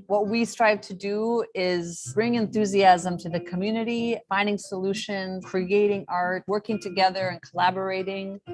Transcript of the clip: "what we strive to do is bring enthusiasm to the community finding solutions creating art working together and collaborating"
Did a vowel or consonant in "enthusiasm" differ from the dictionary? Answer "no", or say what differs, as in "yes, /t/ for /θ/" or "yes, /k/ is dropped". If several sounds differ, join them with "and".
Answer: no